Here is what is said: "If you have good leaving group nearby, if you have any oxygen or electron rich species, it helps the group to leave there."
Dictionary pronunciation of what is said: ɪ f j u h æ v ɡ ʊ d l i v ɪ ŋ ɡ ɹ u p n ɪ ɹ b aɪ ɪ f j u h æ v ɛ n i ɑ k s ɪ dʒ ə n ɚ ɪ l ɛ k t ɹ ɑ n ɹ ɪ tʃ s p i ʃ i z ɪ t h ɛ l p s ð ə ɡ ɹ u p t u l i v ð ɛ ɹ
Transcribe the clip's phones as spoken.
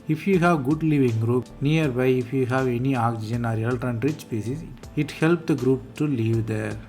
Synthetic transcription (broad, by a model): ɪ f j u h æ v ɡ ʊ d l i v ɪ ŋ ɡ ɹ u p n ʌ ɹ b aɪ ɪ f j u h æ v ɛ n i ɑ k s ɪ dʒ ə n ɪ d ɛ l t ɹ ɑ n ɹ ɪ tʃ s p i s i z ɪ t h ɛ l p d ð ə ɡ ɹ u p t u l i v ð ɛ ɹ